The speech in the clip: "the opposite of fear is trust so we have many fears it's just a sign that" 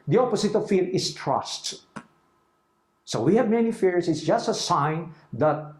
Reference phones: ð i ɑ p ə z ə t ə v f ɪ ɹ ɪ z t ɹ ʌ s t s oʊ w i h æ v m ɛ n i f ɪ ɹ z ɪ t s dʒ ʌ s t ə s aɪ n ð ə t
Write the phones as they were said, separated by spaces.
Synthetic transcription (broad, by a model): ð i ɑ p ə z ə t ə v f ɪ ɹ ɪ s t ɹ ʌ s t s oʊ w i h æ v m ɛ n i f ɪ ɹ s ɪ t s dʒ ʌ s t ə s aɪ n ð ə t